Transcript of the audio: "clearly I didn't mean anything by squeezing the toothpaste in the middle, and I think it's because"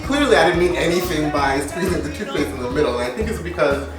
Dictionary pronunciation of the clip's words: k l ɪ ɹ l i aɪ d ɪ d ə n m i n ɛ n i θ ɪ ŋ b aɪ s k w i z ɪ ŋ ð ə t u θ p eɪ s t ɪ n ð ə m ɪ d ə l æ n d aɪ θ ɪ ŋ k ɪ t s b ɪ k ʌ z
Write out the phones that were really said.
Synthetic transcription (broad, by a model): k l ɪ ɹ l i aɪ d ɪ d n m i n ɛ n i θ ɪ ŋ b aɪ s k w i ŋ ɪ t ð ə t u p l eɪ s ɪ n ð ə m ɪ d l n aɪ θ ɪ ŋ k ɪ t s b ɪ k ʌ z